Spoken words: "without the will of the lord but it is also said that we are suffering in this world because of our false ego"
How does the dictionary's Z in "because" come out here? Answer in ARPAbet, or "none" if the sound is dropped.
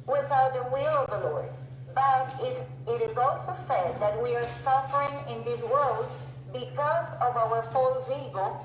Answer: Z